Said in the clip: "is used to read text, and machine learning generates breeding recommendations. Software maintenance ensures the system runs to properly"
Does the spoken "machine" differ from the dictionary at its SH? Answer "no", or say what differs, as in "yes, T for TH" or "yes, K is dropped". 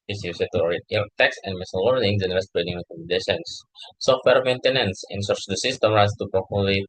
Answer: yes, S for SH